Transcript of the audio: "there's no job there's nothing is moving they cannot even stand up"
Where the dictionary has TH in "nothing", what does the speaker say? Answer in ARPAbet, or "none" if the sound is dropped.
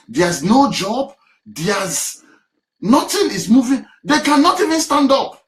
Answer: T